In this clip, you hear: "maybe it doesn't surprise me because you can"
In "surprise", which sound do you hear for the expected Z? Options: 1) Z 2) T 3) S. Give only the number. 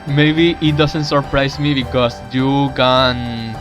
3